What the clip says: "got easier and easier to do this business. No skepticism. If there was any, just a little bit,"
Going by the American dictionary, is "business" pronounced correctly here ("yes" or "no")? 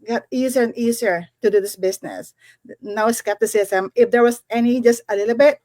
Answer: no